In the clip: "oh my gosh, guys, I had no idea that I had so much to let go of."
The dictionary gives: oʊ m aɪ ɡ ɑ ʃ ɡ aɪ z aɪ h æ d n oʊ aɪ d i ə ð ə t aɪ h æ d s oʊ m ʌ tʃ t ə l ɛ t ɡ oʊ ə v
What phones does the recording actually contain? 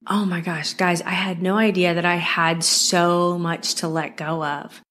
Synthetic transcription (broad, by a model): oʊ m aɪ ɡ ɑ ʃ ɡ aɪ z aɪ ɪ d n oʊ aɪ d i ə ð ə t aɪ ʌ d s oʊ m ʌ tʃ t ə l ɛ t ɡ oʊ ə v